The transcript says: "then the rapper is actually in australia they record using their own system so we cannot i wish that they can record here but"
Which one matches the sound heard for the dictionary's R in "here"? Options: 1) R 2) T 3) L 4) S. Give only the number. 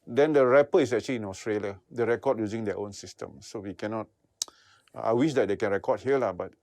3